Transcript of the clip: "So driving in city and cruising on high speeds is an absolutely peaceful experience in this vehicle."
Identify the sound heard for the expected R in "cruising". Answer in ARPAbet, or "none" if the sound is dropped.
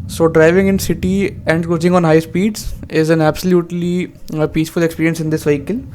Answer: none